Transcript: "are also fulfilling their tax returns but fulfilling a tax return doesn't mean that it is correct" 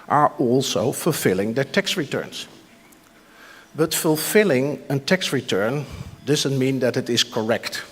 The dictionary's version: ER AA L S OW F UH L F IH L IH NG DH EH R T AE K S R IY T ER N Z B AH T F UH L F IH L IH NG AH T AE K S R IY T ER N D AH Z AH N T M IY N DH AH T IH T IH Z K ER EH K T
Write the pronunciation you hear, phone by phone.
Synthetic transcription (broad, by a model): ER AA L S OW F UH L F IH L IH NG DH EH R T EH K S R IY T ER N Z B AH T F UH L F IH L IH NG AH T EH K S R IY T ER N D AH Z AH N T M IY N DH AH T IH T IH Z K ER EH K T